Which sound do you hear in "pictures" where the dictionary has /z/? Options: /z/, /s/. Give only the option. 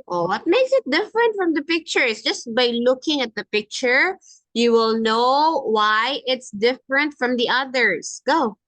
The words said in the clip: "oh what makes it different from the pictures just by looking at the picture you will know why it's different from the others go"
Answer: /s/